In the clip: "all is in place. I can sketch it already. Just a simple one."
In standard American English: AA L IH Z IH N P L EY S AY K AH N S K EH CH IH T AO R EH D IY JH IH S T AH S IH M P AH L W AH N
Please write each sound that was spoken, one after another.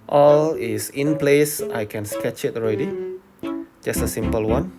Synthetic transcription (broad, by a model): AA L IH S IH N P L EY S AY K AH N S K EH CH IH T AO R EH D IY JH IH S T AH S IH M P AH L W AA N